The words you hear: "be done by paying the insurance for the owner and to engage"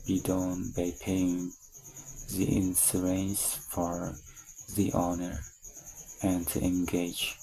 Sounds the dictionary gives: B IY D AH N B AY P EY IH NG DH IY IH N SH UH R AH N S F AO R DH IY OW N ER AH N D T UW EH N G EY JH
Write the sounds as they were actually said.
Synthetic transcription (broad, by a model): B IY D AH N B AY P EY IH NG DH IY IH N S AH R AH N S F AO R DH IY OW N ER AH N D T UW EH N G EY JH